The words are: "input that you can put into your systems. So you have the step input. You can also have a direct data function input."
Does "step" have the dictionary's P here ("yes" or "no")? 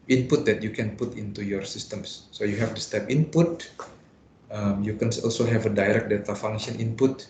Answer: yes